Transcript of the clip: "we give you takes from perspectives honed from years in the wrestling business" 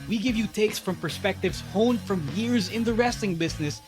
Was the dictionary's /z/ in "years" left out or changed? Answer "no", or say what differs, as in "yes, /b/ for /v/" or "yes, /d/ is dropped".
no